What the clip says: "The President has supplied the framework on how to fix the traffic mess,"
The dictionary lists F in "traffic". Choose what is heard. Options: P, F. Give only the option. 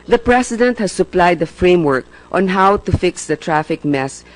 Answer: F